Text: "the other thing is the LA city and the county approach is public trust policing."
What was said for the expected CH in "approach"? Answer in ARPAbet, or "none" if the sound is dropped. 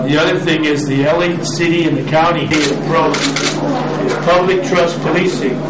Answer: none